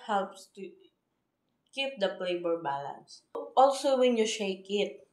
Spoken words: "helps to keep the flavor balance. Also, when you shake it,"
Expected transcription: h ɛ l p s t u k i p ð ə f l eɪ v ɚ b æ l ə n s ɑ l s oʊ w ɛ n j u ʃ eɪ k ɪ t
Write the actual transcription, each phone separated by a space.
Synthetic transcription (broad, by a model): h ɛ l p s t u k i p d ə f l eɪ b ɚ b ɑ l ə n s ɑ l s oʊ w ɛ n j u ʃ eɪ k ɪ t